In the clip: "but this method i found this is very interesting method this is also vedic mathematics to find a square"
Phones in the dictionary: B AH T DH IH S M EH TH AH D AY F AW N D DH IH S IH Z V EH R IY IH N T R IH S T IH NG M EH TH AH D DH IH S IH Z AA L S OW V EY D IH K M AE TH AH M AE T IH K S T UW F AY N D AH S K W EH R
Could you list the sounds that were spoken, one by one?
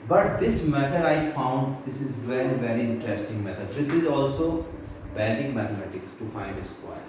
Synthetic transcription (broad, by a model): B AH T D IH S M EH T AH D AY F AW N D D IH S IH Z V EH R IY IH N T R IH S T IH NG M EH T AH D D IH S IH Z AA L S OW B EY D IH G M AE T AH M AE T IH K S T UW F AY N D AH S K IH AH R